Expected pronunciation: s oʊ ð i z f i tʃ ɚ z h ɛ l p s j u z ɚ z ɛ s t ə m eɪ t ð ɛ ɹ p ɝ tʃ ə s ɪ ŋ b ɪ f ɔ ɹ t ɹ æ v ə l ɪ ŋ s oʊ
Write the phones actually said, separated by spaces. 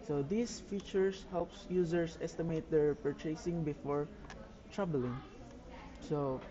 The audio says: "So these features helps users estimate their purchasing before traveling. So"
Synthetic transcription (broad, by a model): s oʊ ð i s f i tʃ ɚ s h ɛ l p s j u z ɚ s ɛ s t ə m eɪ t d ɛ ɹ p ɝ tʃ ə s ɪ ŋ b ɪ f ɔ ɹ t ɹ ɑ b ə l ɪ ŋ s oʊ